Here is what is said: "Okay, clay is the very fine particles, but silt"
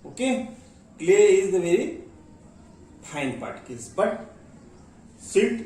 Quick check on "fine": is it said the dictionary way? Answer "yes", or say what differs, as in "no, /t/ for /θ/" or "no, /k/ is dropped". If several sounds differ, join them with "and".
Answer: no, /p/ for /f/